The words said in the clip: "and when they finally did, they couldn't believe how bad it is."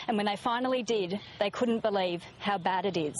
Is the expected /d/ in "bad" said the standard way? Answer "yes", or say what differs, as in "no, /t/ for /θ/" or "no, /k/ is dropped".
yes